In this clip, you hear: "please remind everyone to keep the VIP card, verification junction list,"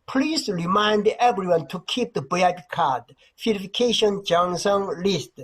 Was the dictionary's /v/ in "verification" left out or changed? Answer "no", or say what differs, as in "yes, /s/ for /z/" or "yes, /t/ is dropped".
yes, /f/ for /v/